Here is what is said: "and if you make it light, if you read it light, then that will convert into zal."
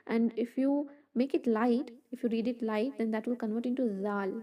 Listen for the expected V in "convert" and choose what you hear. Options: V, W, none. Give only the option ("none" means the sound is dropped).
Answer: V